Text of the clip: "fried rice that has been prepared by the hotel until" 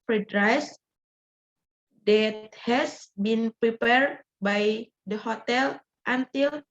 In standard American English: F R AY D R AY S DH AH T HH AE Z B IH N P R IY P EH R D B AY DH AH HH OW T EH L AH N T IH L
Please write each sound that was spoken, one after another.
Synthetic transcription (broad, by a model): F R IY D R AY S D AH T HH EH S B IH N P R IY P EH R D B AY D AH HH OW T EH L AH N T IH L